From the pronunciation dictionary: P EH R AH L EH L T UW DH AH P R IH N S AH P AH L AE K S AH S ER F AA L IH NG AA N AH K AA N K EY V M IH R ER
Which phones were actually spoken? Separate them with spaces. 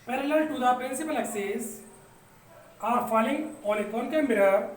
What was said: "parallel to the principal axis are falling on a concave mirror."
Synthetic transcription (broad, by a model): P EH R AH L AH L T UW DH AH P R IH N S AH P AH L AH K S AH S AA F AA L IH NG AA L AH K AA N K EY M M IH R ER